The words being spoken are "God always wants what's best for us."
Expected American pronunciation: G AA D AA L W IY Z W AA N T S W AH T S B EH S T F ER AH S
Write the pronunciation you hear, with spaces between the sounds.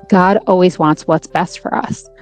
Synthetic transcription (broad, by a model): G AA D AA L W IY Z W AA N T S W AH T S B EH S T F ER AH S